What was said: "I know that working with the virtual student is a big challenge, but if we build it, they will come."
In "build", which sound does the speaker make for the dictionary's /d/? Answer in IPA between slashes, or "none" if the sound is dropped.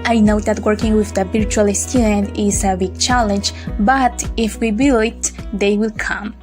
none